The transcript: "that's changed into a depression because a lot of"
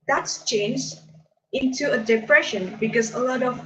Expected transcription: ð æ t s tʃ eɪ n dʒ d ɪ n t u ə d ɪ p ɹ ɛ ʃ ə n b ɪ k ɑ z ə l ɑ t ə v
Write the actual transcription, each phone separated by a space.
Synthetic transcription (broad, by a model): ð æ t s tʃ eɪ n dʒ ɪ n t u ə d ɪ p ɹ ɛ ʃ ə n b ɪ k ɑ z ə l ɑ t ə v